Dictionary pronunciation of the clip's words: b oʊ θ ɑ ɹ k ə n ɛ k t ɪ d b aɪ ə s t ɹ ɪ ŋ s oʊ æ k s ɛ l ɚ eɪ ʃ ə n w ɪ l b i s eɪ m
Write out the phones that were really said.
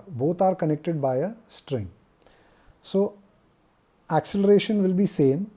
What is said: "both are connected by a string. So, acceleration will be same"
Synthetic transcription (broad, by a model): b oʊ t ɑ ɹ k ə n ɛ k t ɪ d b aɪ ə s t ɹ ɪ ŋ s oʊ æ k s ɛ l ɚ eɪ ʃ ə n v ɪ l b i s eɪ m